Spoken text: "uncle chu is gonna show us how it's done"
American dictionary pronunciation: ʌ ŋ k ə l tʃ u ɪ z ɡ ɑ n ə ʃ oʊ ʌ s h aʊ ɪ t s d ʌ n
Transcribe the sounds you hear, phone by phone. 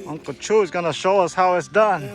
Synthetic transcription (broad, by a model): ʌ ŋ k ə tʃ u ɪ z ɡ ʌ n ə ʃ oʊ ʌ s h aʊ ɪ t s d ʌ n